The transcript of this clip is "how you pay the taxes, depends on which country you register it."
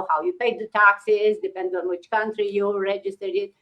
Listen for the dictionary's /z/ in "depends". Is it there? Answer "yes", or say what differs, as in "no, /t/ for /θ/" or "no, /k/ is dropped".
no, /z/ is dropped